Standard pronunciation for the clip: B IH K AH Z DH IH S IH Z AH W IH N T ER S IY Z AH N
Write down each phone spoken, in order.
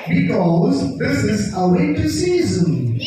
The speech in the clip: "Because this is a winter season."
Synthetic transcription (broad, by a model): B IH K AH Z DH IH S IH Z AH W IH T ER S IY Z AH N